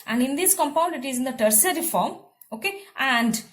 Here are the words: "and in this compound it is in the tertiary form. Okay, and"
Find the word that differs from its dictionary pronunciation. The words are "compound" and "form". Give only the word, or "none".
none